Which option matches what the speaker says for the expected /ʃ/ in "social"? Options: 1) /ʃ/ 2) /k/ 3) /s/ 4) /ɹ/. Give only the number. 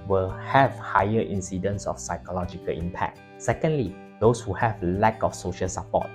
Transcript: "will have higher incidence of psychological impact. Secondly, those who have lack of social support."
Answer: 1